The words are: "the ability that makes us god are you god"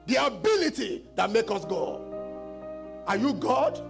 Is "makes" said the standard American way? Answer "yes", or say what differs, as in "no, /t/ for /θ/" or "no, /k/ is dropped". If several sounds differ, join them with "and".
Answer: no, /s/ is dropped